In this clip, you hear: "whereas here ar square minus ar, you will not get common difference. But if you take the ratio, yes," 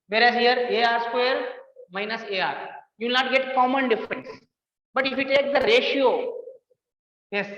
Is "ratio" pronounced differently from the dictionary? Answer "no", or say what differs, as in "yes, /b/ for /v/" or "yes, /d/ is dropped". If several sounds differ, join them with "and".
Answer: no